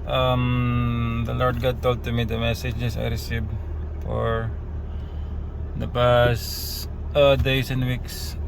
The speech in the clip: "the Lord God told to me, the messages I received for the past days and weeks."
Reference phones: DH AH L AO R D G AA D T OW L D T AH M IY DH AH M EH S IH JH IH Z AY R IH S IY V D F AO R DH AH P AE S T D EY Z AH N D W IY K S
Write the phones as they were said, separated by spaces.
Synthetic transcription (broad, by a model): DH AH L AO R D G AA D T OW L D T AH M IY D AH M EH S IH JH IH S AY R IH S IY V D F AO R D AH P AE S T D EY S AH N D W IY K S